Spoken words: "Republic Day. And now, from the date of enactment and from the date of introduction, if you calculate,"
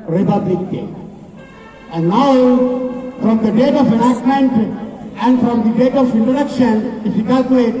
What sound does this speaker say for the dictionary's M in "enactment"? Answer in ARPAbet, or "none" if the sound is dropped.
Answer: none